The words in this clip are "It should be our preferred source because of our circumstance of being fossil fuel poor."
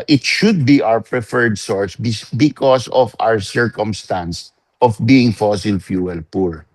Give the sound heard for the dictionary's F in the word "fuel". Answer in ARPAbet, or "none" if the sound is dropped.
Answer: F